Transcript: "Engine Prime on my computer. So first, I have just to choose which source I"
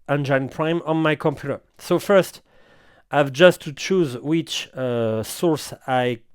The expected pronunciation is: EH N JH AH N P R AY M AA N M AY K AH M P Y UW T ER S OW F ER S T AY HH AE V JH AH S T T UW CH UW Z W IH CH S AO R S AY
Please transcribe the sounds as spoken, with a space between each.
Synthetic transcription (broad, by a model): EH N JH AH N P R AY M AA N M AY K AH M P Y UW T ER S OW F ER S T AY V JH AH S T T UW CH UW Z W IH CH S AO R S AY